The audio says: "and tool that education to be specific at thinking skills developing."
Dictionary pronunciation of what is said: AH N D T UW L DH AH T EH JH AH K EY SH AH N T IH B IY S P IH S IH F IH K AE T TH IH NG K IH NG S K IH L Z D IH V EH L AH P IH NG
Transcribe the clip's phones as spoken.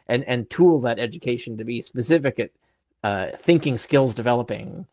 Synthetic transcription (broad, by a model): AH N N T UW L DH AH T EH JH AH K EY SH N T IH B IY S P IH S IH F IH K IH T TH IH NG K IH NG S K IH L Z D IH V EH L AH P IH NG